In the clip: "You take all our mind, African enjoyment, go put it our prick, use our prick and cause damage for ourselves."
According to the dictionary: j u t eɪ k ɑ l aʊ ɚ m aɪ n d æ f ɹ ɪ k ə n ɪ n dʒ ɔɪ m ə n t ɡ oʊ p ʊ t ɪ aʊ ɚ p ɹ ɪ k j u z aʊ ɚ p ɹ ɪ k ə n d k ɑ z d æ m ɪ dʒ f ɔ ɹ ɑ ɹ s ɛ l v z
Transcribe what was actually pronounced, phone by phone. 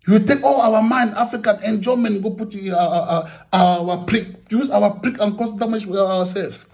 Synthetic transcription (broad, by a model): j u t eɪ k ɑ l aʊ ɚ m aɪ n d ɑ f ɹ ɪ k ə n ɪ n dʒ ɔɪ m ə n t ɡ oʊ p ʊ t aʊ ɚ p ɹ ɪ k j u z aʊ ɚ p ɹ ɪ k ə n k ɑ s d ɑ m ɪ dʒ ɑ w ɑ s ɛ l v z